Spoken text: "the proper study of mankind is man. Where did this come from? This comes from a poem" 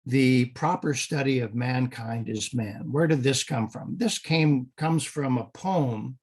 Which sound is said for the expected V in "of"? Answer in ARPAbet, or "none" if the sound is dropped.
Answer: V